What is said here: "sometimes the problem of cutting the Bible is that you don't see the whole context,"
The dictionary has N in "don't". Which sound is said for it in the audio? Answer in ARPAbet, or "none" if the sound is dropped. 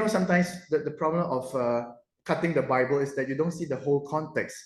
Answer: N